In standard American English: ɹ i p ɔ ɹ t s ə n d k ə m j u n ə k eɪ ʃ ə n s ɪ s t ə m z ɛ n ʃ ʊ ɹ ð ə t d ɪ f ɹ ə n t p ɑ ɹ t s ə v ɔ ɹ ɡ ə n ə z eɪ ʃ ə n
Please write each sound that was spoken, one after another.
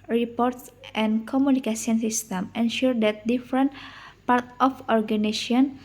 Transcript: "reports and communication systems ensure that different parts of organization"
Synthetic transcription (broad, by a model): ɹ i p ɔ ɹ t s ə n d k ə m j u n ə k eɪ s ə n s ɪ s t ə m ɛ n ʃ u ɹ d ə t d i f ɹ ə n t p ɑ ɹ t ə f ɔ ɹ ɡ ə n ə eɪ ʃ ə n